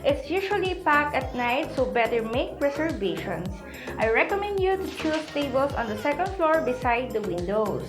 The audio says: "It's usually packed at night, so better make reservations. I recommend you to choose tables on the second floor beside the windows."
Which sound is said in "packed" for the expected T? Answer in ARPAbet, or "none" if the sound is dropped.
none